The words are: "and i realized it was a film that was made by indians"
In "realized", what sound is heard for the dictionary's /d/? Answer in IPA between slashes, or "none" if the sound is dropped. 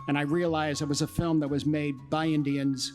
none